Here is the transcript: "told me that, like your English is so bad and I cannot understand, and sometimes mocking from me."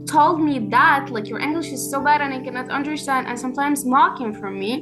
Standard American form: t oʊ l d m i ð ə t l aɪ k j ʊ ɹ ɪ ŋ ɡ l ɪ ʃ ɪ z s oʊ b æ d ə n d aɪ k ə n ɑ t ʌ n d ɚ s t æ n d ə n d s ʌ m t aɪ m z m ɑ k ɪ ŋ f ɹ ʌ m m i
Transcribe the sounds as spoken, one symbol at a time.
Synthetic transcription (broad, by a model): t oʊ l d m i ð ə t l aɪ k j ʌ ɹ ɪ ŋ ɡ l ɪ ʃ ɪ z s oʊ b æ d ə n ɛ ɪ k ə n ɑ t ʌ n d ɚ s t æ n d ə n s ʌ m t aɪ m z m ɑ k ɪ ŋ f ɹ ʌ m m i